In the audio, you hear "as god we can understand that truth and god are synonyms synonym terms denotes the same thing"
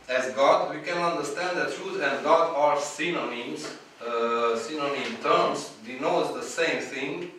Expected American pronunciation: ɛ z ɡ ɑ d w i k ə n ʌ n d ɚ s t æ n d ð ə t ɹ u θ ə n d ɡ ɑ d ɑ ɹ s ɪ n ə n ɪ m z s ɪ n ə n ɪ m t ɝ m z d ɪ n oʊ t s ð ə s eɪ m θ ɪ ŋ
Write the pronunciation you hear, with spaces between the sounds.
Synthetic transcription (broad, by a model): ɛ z ɡ ɑ d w i k ə n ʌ n d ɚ s t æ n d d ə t ɹ u t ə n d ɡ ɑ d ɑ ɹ s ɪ n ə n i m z s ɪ n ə n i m t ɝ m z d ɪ n oʊ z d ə s eɪ m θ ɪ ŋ